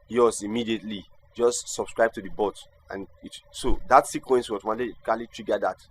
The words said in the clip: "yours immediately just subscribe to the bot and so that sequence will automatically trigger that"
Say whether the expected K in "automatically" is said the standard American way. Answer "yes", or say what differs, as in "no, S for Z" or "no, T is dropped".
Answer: no, K is dropped